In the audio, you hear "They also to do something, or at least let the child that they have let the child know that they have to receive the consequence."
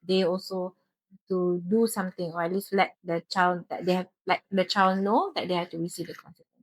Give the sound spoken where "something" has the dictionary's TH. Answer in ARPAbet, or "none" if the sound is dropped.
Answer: T